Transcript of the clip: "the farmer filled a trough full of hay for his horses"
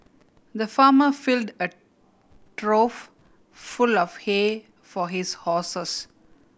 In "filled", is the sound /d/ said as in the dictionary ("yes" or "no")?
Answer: yes